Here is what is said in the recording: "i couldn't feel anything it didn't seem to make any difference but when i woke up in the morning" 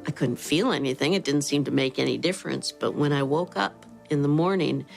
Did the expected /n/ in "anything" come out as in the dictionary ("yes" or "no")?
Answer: yes